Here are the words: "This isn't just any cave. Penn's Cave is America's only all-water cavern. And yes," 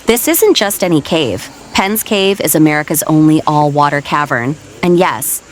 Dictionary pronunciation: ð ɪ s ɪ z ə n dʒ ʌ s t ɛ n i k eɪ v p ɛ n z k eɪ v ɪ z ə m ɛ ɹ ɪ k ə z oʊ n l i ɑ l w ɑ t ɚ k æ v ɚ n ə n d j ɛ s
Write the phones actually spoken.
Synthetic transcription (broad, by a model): ð ɪ s ɪ z ə n dʒ ʌ s t ɛ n i k eɪ v p ɛ n z k eɪ v ɪ z ə m ɛ ɹ ɪ k ə z oʊ n l i ɑ l w ɑ t ɚ k æ v ɚ n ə n j ɛ s